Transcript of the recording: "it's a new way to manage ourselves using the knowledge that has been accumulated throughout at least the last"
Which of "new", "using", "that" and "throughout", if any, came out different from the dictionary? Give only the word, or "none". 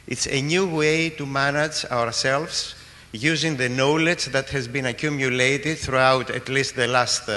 none